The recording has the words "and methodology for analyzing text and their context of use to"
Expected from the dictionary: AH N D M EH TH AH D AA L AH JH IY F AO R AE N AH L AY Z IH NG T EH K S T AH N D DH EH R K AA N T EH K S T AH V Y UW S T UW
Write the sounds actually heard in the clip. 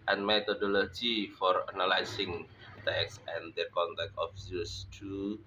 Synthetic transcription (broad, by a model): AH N M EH T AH D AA L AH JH IY F AO R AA N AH L AY S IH NG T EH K S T AH N D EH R K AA N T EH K T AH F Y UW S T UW